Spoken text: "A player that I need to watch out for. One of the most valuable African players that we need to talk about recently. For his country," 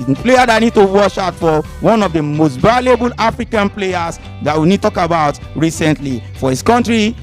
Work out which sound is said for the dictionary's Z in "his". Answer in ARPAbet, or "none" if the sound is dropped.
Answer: S